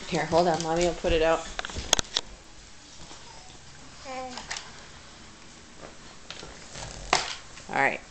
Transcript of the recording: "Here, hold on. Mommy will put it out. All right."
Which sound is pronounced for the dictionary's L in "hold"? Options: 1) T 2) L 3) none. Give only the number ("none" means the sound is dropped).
2